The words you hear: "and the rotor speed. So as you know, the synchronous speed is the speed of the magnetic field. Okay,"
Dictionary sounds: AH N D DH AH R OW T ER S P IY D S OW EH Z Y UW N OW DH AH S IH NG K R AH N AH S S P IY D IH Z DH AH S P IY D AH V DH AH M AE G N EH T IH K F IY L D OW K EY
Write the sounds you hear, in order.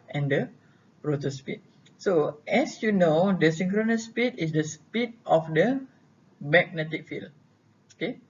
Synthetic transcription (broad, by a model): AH N D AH R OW T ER S P IY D S OW EH S Y UW N OW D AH S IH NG K R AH N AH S S P IY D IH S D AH S P IY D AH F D AH M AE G N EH T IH K F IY L OW K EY